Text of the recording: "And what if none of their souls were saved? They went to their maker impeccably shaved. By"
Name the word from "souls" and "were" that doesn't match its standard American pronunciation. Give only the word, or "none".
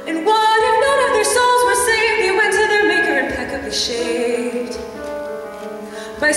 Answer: none